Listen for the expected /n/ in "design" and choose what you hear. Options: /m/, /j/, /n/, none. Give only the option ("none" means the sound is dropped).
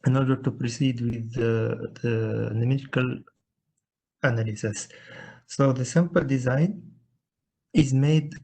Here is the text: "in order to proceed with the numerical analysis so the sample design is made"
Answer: /n/